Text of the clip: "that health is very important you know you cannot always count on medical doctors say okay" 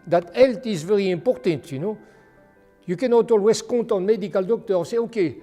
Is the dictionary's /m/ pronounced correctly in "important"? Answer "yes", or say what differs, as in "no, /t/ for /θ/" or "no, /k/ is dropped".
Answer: no, /m/ is dropped